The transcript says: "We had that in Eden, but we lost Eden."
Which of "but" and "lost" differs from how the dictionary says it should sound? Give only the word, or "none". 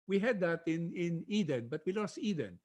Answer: none